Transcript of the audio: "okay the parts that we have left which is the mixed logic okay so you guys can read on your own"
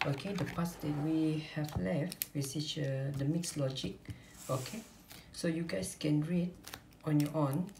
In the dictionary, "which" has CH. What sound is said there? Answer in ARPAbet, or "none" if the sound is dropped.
S